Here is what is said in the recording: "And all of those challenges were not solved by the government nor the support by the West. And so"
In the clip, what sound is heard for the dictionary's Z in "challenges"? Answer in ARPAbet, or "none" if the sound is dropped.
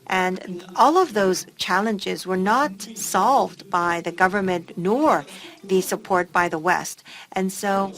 Z